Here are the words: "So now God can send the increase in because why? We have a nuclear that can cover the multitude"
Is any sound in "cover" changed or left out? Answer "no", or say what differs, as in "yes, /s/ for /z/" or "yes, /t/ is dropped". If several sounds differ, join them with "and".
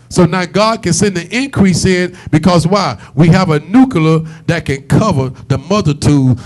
no